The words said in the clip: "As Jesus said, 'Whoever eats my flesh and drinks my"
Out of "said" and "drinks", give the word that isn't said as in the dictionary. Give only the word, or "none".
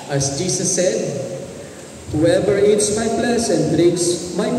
drinks